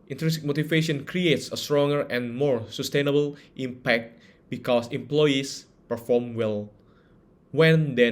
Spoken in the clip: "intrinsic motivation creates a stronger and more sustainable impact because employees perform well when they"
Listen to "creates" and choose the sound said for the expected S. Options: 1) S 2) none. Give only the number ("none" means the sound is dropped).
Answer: 1